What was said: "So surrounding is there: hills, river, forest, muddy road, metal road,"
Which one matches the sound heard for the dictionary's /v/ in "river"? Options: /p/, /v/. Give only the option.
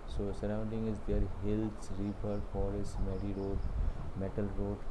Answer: /p/